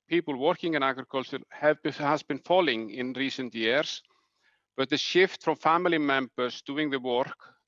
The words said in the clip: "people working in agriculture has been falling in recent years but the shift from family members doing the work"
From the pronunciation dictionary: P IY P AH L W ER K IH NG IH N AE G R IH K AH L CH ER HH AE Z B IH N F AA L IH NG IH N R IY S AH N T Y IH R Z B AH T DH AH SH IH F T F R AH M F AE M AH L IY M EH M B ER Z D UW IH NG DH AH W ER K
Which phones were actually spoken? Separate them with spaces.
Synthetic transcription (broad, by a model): P IY P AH L W ER K IH NG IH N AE G R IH K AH L CH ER HH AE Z B IH N F AA L IH NG IH N R IY S AH N T Y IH R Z B AH T DH AH SH IH F T F R AH M F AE M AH L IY M EH M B ER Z D UW IH NG DH AH W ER K